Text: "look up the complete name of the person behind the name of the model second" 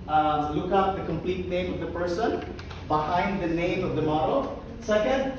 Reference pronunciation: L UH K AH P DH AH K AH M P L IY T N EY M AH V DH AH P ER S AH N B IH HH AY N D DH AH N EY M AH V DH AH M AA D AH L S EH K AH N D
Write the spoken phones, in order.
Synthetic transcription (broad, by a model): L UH K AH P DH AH K AH M P L IY T N EY M AH V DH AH P ER S AH N B IH HH AY N D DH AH N EY M AH V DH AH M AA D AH S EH K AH N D